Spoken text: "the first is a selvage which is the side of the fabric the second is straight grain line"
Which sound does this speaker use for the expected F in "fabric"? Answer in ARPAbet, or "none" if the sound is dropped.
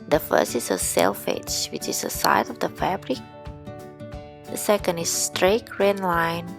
F